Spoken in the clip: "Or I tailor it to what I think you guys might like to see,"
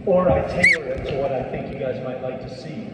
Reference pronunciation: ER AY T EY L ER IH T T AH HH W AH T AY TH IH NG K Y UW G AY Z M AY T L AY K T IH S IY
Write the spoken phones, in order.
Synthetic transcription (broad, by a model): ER AY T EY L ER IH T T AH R W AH T AY TH IH NG K Y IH G AY Z M AY T L AY K T IH S IY